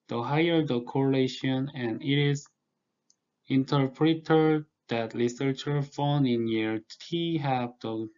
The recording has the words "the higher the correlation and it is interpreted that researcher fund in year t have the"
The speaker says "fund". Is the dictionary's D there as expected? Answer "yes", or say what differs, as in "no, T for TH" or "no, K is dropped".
no, D is dropped